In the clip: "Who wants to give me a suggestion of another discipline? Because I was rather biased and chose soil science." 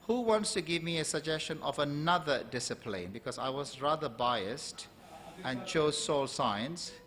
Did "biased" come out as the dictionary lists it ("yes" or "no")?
yes